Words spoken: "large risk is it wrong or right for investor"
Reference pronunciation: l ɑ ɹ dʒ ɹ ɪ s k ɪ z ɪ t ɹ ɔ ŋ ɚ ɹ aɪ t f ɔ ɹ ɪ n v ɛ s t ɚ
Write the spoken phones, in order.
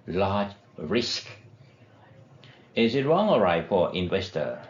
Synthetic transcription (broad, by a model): l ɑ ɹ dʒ ɹ ɪ s k ɪ z ɪ t ɹ ɔ ŋ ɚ ɹ aɪ t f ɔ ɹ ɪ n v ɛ s t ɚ